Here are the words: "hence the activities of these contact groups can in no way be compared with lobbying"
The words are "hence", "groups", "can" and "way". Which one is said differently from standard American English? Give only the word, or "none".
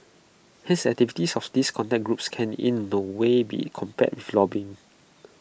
hence